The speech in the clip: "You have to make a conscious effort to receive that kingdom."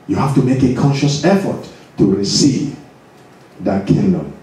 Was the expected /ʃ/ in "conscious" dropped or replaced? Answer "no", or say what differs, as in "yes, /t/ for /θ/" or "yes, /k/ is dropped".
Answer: no